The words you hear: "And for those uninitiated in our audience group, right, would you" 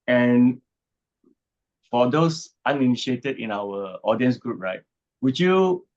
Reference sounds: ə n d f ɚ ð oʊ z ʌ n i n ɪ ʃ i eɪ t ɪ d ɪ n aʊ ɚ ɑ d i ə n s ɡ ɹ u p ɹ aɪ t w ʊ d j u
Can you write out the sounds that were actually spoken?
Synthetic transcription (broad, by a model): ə n f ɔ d oʊ s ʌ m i n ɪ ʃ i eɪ t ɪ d ɪ n aʊ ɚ ɑ d i ə n s ɡ ɹ u p ɹ aɪ t w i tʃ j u